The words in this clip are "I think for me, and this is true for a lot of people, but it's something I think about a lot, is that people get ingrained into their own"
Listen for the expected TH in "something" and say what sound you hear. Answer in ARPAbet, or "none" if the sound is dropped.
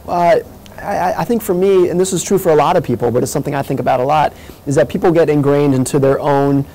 TH